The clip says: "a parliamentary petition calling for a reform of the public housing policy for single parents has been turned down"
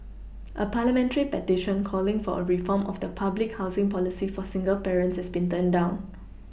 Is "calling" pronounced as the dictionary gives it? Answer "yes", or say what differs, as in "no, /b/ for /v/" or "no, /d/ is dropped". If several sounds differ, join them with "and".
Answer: yes